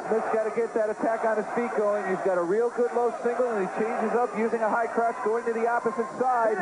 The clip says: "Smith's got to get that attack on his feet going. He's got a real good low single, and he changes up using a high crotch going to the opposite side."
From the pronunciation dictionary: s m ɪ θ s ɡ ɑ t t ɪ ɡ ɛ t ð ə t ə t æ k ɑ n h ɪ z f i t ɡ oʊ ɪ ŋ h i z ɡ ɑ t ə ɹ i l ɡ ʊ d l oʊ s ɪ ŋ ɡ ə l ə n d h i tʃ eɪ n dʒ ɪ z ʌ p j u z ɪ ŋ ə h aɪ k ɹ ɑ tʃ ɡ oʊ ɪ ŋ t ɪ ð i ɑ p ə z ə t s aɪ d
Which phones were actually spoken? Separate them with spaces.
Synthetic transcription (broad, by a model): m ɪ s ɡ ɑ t t ɪ ɡ ɛ t ð ə t ə t æ k n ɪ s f i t ɡ oʊ ɪ ŋ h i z ɡ ɑ t ə ɹ i l ɡ ʊ d l oʊ s ɪ ŋ ɡ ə l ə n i tʃ eɪ n dʒ ɪ z ʌ p j u z ɪ ŋ ə h aɪ k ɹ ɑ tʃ ɡ oʊ ɪ ŋ t ɪ ð i ɑ p ə z ə t s aɪ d